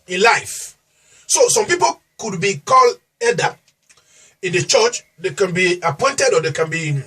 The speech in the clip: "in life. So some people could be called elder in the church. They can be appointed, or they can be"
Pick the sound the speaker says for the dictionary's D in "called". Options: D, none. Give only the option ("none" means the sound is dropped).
none